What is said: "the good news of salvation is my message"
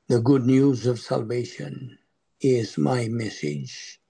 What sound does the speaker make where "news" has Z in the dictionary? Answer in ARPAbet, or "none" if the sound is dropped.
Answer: Z